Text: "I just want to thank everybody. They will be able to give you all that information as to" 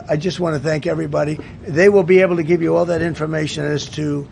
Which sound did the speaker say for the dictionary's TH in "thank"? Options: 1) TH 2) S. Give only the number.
1